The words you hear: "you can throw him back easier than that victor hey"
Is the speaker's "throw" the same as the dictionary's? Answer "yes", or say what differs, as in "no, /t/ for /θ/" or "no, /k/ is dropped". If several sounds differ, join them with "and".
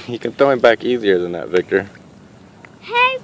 no, /ɹ/ is dropped